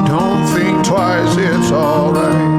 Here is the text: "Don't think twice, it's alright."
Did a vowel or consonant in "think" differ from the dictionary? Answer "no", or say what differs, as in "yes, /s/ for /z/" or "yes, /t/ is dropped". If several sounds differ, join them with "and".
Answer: no